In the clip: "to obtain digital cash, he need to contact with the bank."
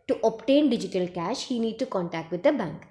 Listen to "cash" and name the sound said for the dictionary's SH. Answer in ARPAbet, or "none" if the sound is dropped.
SH